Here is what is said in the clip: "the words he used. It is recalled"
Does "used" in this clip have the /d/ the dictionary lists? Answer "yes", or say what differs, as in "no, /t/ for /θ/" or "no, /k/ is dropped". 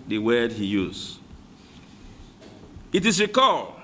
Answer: no, /d/ is dropped